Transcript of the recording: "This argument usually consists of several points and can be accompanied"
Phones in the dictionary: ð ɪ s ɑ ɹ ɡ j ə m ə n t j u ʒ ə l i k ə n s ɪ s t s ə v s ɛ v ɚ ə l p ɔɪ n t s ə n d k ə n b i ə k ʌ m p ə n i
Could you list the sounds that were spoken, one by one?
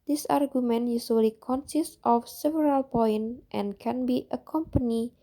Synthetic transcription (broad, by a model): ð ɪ s ɑ ɹ ɡ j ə m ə n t j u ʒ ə l i k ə n s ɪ s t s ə f s ɛ v ɚ ə l p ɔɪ n t ə n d k ə n b i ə k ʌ m p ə n i